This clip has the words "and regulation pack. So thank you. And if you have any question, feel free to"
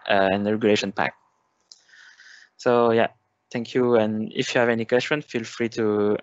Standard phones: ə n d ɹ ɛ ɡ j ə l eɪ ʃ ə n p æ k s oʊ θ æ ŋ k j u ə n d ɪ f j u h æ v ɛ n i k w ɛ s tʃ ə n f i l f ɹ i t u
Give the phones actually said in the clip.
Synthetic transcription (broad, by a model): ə n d ɹ ɛ ɡ j ə l eɪ ʃ ə n p æ k s oʊ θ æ ŋ k j u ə n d ɪ f j u h æ v ɛ n i k w ɛ s tʃ ə n f i l f ɹ i t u